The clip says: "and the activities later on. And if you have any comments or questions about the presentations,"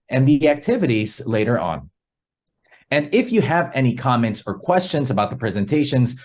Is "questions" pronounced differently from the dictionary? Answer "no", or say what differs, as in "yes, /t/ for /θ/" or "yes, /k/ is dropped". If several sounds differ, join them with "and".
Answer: no